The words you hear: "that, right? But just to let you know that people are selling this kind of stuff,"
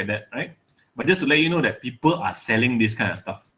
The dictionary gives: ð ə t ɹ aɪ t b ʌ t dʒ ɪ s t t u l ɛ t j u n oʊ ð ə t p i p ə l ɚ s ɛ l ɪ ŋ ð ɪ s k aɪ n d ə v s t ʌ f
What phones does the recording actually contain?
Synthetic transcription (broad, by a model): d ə t ɹ aɪ t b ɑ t dʒ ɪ s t t u l ɛ t j u n oʊ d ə t p i p ə l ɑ s ɛ l ɪ ŋ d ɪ s k aɪ n ə f s t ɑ f